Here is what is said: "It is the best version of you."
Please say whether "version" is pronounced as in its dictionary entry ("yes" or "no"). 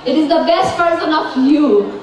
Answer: no